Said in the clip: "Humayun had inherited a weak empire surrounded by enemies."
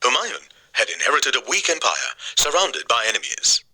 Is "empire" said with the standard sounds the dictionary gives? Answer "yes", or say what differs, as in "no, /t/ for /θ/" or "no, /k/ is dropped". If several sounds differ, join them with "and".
yes